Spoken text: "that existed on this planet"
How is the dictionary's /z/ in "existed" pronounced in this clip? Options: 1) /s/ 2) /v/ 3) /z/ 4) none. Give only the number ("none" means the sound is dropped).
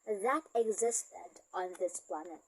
3